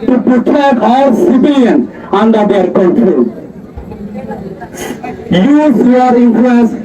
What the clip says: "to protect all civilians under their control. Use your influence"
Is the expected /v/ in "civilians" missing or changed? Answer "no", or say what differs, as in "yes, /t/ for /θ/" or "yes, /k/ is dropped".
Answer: yes, /b/ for /v/